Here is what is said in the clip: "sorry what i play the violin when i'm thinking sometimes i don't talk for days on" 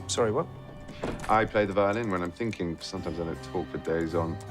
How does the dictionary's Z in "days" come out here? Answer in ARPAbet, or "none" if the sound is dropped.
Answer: Z